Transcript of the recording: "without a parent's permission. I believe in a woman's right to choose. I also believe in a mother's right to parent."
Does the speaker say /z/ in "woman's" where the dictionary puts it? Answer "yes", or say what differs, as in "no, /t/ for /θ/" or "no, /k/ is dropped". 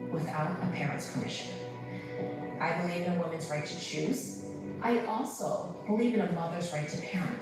yes